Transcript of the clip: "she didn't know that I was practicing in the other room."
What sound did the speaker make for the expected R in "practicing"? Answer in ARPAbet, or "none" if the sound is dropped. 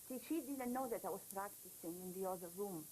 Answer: R